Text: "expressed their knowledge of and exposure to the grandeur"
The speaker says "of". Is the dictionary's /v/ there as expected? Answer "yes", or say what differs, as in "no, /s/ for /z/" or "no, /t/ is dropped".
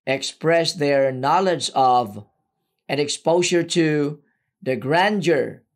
yes